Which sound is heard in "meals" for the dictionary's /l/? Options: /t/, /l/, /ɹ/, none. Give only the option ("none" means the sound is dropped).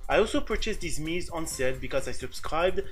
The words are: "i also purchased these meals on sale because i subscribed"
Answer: none